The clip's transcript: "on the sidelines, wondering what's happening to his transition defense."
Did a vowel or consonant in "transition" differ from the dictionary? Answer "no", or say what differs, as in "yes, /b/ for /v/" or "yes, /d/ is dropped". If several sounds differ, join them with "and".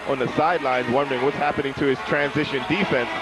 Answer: no